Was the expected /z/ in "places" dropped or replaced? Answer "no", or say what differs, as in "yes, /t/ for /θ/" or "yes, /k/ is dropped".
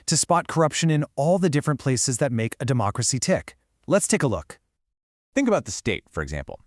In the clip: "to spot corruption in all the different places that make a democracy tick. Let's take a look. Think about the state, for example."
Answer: no